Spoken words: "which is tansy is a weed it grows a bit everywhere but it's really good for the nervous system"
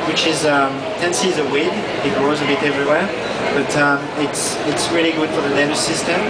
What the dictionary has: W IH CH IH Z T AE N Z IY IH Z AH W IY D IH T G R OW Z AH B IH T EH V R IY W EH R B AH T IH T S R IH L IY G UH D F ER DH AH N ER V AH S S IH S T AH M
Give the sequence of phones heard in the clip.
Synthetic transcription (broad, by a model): W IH CH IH Z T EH N S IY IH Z AH W IY D IH T G R OW Z AH B IH T EH V R IY W EH R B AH T IH T S R IH L IY G UH D F ER DH AH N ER AH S S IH S T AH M